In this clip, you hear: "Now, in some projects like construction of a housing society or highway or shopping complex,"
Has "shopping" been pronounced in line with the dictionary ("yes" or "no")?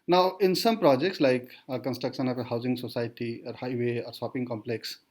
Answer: no